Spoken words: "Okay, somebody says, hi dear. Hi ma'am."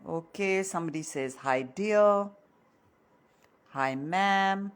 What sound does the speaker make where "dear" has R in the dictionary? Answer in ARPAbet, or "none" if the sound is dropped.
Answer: L